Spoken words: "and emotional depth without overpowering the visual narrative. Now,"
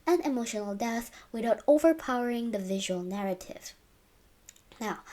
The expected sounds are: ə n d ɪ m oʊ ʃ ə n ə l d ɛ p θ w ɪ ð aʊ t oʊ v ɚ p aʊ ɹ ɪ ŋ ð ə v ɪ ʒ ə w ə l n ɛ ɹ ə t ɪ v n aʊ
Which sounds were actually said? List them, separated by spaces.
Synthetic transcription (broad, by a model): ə n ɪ m oʊ ʃ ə n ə l d ɛ θ w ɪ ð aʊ t oʊ v ɚ p aʊ ɹ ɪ ŋ ð ə v ɪ ʒ ə w ə l n ɛ ɹ ə t ɪ v n aʊ